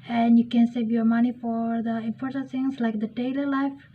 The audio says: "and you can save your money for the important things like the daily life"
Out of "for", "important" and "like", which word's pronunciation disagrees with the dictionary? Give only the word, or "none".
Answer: important